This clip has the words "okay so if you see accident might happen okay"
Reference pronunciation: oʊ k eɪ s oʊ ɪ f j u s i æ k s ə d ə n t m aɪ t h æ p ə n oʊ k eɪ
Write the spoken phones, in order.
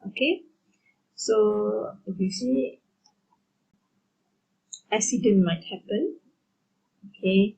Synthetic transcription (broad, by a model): oʊ k eɪ s oʊ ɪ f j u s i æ s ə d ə n m aɪ t h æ p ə n oʊ k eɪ